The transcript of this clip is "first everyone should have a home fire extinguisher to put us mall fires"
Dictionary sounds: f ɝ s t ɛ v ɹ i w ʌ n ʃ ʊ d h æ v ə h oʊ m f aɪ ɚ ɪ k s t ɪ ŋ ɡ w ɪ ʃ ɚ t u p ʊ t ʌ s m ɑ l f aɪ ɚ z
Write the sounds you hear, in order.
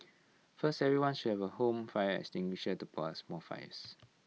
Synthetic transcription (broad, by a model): f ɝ s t ɛ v ɹ i w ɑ n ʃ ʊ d h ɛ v ə h oʊ m f aɪ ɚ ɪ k s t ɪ ŋ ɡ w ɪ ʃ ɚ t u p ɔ ʌ s m ɑ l f aɪ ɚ s